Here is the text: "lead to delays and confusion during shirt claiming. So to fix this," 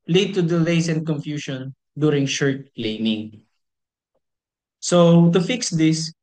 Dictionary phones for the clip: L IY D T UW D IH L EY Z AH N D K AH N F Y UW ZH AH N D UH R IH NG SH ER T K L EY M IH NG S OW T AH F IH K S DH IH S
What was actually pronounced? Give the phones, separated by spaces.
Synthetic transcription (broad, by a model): L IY D T UW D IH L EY S AH N D K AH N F Y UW SH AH N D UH R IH NG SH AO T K L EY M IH NG S OW T AH F IH K S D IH S